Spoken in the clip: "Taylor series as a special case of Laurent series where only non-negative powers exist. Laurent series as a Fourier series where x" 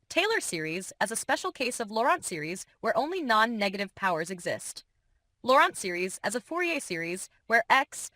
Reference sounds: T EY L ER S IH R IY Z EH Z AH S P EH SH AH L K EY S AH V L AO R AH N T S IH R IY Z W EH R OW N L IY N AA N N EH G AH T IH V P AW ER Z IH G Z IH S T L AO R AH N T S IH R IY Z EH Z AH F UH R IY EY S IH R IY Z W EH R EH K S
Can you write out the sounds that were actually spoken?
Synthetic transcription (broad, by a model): T EY L ER S IH R IY Z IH Z AH S P EH SH L K EY S AH V L AO R AH N T S IH R IY Z W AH R OW N L IY N AA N N EH G AH T IH V P AW ER Z IH G Z IH S T L AO R AH N T S IH R IY Z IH Z AH F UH R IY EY S IH R IY Z W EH R EH K S